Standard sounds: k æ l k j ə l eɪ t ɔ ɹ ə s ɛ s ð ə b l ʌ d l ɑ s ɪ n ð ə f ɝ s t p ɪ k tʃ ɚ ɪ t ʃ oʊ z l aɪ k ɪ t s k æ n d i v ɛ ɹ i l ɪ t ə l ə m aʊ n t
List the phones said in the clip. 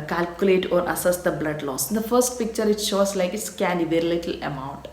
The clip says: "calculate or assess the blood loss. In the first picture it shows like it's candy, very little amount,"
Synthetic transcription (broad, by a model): k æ l k j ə l eɪ t ɔ ɹ ə s ɛ s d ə b l ʌ d l ɑ s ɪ n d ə f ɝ s t p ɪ k tʃ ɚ ɪ t ʃ oʊ s l aɪ k ɪ t s k æ n d i v ɛ ɹ i l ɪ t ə l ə m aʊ n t